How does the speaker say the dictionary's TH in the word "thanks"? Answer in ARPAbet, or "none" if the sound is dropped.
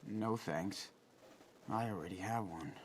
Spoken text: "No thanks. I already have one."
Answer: TH